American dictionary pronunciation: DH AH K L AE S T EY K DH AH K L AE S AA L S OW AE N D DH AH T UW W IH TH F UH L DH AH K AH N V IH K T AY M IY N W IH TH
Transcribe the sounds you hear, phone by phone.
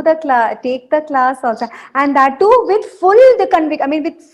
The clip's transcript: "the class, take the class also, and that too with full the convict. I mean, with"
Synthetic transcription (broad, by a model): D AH K L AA T EY K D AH K L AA S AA L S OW AE N D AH T UW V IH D F UH L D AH K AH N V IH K AY M IY N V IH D